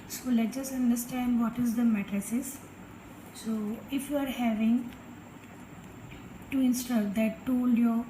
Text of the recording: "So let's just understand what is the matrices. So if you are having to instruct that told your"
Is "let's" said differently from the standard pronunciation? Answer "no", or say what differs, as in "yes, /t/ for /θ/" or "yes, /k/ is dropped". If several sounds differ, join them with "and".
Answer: yes, /s/ is dropped